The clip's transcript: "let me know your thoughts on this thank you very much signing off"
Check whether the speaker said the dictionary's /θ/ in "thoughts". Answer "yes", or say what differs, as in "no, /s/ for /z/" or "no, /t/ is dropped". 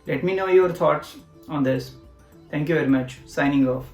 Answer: no, /t/ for /θ/